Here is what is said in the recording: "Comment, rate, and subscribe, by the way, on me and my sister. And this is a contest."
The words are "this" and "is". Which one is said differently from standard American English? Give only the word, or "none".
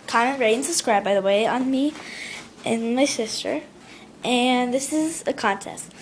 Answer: none